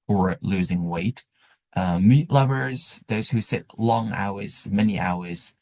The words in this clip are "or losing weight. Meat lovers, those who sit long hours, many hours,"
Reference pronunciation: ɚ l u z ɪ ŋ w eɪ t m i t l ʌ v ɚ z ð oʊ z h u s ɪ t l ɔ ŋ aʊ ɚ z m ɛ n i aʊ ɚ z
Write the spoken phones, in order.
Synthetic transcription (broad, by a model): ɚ l u z ɪ ŋ w eɪ t m i t l ʌ v ɚ z ð oʊ z h u s ɪ t l ɔ ŋ aʊ ɚ z m ɛ n i aʊ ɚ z